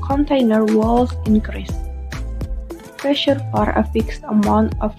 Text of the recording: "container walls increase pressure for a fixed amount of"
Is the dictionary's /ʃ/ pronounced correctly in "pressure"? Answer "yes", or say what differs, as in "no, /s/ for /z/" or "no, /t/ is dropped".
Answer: yes